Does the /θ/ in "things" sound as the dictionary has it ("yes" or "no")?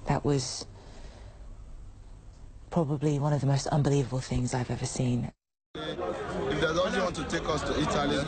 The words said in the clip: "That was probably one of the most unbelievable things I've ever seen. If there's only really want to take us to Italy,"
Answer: yes